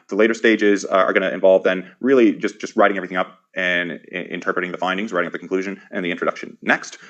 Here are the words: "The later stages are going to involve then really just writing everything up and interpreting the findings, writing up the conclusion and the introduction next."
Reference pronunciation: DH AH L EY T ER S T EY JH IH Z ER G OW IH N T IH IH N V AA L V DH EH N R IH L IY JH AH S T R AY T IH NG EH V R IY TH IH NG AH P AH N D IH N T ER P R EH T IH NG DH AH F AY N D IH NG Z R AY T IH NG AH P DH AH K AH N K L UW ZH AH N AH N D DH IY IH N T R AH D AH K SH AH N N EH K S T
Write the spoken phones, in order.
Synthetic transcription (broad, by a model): DH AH L EY T ER S T EY JH IH Z ER G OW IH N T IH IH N V AA L V DH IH N R IH L IY JH AH S T R AY T IH NG EH V R IY TH IH NG AH P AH N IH N T ER P R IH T IH NG DH AH F AY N D IH NG Z R AY T IH NG AH P DH AH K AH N K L UW ZH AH N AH N DH IY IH N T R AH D AH K SH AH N N EH K S T